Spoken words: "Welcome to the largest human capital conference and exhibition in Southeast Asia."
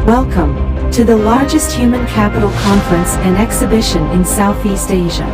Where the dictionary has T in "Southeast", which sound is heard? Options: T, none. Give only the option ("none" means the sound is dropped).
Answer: T